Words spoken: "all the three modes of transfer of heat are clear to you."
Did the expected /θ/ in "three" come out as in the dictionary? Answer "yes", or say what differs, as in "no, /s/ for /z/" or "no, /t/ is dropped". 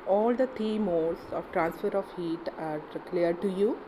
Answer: no, /t/ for /θ/